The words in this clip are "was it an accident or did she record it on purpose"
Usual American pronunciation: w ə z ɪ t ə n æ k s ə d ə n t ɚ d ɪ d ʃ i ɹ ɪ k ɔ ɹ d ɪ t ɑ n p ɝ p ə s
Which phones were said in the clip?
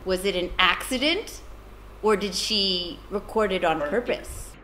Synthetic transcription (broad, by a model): w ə z ɪ t ə n æ k s ə d ə n t ɚ d ɪ d ʃ i ɹ ɪ k ɔ ɹ d ɪ t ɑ n p ɝ p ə s